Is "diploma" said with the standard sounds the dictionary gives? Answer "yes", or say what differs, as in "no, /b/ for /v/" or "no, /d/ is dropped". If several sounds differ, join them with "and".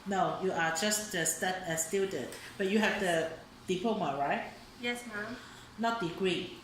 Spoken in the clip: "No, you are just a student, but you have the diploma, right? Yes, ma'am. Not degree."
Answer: no, /l/ is dropped